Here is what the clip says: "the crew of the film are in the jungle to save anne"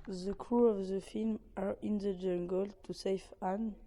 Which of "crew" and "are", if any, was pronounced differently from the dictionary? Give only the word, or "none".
none